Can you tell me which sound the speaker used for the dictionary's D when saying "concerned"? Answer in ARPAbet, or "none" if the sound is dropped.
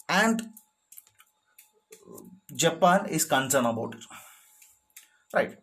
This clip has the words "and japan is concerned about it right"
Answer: none